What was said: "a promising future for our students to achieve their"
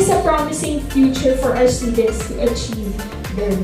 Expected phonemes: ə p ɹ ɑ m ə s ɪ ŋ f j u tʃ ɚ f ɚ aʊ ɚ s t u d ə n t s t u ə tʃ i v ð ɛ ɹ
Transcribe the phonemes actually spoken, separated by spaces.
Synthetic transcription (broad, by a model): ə p ɹ ɑ m ə s ɪ ŋ f j u tʃ ɚ f ɚ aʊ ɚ s t u d ə n t s t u ə tʃ i v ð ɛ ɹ